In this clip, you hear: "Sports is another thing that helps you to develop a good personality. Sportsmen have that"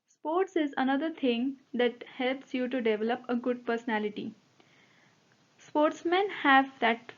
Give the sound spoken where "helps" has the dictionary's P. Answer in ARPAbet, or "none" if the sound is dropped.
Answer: P